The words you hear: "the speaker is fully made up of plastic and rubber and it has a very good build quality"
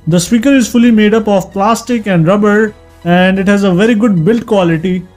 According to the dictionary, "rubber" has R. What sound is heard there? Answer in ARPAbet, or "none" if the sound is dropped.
R